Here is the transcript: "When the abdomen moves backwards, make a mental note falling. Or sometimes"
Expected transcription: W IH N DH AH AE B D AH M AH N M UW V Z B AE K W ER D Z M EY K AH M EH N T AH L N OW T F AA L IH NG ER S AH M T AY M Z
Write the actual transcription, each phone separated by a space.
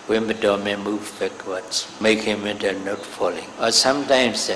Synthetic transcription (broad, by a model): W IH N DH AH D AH M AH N M UW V B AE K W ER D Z M EY K AH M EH N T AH N OW T F AA L IH NG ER S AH M T AY M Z